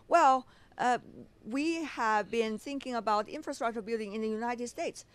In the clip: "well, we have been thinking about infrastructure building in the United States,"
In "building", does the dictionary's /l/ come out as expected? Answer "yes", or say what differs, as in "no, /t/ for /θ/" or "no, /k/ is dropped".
yes